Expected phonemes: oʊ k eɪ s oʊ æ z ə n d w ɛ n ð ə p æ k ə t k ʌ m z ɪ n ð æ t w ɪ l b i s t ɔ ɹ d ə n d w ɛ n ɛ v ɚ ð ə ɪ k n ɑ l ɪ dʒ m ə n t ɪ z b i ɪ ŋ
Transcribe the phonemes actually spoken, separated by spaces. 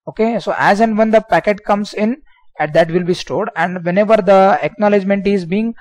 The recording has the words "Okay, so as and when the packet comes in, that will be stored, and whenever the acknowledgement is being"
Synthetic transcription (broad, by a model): oʊ k eɪ s oʊ æ z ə n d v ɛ n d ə p æ k ə t k ʌ m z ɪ n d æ t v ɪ l b i s t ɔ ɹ d ə n d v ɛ n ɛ v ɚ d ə ɪ k n ɑ l ɪ dʒ m ə n t ɪ z b i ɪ ŋ